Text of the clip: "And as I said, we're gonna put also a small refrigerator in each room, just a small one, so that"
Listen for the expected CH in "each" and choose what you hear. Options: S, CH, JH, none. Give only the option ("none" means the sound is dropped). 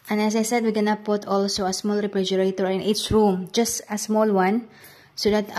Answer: S